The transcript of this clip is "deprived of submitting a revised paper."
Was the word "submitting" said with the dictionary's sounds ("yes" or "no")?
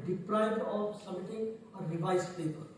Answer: no